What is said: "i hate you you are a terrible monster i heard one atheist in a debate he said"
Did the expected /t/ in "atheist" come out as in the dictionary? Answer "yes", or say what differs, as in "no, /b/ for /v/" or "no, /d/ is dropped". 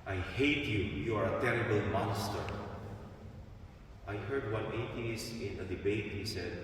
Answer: no, /t/ is dropped